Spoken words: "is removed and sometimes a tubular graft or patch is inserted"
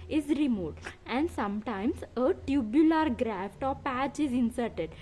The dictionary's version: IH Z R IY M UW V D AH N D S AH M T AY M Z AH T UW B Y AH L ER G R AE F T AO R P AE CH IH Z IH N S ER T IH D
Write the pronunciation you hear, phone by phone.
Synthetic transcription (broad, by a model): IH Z R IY M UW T AH N D S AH M T AY M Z AH T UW B Y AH L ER G R AE F T AO R P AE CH IH Z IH N S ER T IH D